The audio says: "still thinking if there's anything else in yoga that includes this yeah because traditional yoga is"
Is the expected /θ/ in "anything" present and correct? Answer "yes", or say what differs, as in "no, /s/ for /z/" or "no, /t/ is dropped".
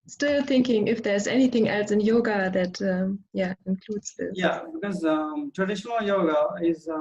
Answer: yes